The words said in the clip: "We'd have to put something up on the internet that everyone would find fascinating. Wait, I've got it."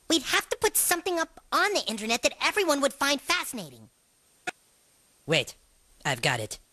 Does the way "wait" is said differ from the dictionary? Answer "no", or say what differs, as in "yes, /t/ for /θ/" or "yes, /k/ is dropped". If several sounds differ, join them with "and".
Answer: no